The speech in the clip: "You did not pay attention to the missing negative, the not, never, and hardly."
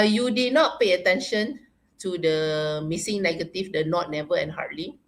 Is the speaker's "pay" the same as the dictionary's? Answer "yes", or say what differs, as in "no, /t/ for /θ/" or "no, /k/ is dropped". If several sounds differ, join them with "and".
yes